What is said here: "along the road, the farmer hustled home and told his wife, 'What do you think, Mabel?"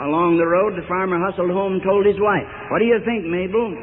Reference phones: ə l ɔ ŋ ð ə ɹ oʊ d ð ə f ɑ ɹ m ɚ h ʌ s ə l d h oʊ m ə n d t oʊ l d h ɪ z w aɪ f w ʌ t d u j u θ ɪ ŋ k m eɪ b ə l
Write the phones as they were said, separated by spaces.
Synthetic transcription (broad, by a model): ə l ɔ ŋ ð ə ɹ oʊ d ð ə f ɑ ɹ m ɚ h ʌ s l d h oʊ ə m t oʊ l d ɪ z w aɪ f w ʌ t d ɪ j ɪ θ ɪ ŋ k m eɪ b l